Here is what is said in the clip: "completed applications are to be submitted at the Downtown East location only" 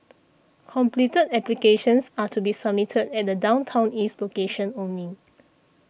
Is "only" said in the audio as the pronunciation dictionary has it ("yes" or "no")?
no